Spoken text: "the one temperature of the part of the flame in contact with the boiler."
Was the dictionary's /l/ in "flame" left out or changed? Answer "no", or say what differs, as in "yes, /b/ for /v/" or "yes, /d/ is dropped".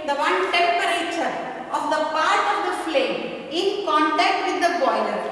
no